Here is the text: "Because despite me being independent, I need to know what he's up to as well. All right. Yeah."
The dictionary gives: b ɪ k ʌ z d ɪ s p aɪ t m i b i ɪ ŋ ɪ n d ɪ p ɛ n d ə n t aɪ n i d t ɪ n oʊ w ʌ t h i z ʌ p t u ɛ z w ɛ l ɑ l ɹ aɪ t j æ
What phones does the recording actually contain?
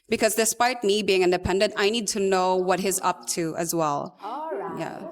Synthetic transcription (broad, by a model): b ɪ k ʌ z d ɪ s p aɪ t m i b i ɪ ŋ ɪ n d ɪ p ɛ n d ə n t aɪ n i d t ɪ n oʊ w ʌ t h i z ʌ p t u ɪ z w ɛ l l j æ